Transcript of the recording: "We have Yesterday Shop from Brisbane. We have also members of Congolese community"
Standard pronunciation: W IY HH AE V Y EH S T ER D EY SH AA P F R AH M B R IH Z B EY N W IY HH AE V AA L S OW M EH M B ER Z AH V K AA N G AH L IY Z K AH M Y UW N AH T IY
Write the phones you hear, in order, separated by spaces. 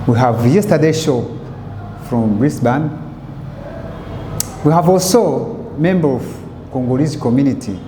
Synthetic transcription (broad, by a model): W IY HH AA V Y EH S T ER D EY SH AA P F R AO M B R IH S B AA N W IY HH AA V AA L S OW M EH M B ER AH V K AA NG G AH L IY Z K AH M Y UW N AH T IY